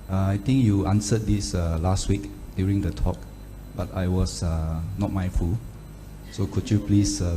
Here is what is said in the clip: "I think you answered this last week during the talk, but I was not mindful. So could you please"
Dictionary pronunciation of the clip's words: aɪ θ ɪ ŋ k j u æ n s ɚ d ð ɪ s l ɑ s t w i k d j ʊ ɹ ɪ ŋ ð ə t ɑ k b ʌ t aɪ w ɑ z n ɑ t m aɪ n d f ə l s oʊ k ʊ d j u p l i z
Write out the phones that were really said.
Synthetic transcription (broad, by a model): aɪ t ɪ ŋ k j u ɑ n s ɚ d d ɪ s l ɑ s t w i k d j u ɹ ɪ ŋ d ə t ɑ k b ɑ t aɪ w ɑ s n ɑ t m aɪ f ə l s oʊ k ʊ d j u p l i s